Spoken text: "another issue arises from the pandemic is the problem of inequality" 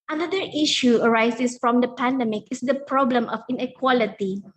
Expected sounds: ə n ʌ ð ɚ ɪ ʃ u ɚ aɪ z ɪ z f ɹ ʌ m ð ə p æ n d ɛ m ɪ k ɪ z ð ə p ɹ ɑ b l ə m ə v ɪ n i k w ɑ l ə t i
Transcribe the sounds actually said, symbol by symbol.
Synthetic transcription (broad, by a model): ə n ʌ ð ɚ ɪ ʃ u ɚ aɪ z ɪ s f ɹ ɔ m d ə p æ n d ɛ m ɪ k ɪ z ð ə p ɹ ɑ b l ə m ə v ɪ n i k w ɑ l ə t i